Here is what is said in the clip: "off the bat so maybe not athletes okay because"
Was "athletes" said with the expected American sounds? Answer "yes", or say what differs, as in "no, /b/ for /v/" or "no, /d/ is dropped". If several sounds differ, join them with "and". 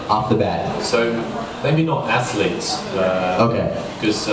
no, /s/ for /θ/